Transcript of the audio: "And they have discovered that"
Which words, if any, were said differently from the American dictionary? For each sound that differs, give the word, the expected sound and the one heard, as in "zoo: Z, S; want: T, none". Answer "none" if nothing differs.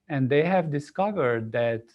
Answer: none